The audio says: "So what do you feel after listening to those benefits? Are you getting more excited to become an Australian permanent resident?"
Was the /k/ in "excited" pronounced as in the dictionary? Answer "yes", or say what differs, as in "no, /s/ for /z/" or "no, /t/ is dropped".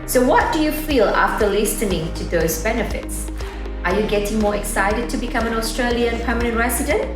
yes